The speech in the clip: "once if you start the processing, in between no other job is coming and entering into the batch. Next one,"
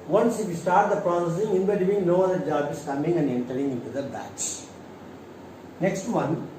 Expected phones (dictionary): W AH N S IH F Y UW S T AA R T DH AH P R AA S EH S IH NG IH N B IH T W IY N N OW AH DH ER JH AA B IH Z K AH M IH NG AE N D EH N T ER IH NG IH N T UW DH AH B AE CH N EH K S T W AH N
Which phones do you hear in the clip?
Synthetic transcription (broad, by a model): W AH N S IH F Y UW S T AA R T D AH P R AA S EH S IH NG IH N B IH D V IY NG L OW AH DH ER JH AA B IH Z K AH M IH NG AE N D EH N T ER IH NG IH N T UW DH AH B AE S N EH K S T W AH N